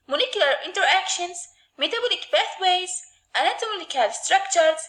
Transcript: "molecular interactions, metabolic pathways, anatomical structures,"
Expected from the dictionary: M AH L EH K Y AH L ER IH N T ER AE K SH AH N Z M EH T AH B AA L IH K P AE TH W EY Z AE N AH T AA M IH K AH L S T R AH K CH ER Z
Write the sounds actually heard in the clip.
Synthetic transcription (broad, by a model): M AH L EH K Y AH L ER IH N T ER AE K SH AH N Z M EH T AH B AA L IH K B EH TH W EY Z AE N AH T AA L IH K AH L S T R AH K CH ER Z